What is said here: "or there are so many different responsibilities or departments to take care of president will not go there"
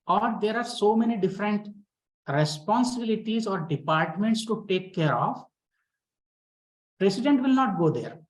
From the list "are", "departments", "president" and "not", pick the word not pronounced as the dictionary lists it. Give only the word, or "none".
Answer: president